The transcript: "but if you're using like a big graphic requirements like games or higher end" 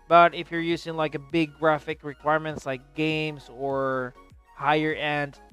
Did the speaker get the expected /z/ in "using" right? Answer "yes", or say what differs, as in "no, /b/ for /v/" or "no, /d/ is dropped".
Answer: yes